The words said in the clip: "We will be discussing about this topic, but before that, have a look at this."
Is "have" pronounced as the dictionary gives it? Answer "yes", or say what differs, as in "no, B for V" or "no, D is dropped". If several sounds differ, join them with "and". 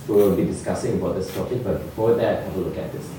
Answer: no, W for V